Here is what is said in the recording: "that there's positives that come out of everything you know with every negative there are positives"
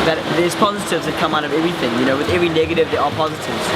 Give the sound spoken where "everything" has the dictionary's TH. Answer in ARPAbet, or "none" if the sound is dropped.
TH